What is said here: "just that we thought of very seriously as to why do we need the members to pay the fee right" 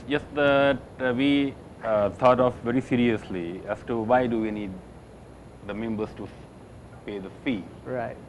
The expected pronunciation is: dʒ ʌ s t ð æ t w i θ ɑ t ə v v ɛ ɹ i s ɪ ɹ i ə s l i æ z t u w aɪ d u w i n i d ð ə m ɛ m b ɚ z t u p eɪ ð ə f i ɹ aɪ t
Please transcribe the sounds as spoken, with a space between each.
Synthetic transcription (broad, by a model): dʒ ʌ s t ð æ t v i t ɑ t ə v v ɛ ɹ i s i ɹ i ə s l i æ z t u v aɪ d u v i n i d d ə m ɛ m b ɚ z t u p eɪ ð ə f i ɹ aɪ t